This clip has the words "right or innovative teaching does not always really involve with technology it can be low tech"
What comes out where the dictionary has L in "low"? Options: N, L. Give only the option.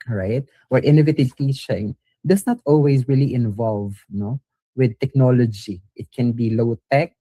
L